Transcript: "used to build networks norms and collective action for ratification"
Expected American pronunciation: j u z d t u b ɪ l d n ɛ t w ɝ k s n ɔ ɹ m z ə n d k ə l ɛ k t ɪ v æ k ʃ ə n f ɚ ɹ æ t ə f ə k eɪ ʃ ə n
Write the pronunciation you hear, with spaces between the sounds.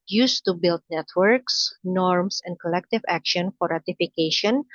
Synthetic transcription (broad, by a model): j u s t u b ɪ l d n ɛ t w ɝ k s n ɔ ɹ m s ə n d k ə l ɛ k t ɪ v æ k ʃ ə n f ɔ ɹ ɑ t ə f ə k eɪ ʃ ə n